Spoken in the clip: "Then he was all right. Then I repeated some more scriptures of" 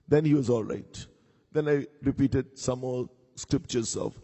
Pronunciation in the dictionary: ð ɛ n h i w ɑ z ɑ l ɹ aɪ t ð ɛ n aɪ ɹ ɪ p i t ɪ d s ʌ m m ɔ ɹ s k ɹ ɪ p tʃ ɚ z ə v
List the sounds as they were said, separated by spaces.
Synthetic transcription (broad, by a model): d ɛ n h i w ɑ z ɑ l ɹ aɪ t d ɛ n aɪ ɹ ɪ p i t ɪ d s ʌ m m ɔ l s k ɹ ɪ p tʃ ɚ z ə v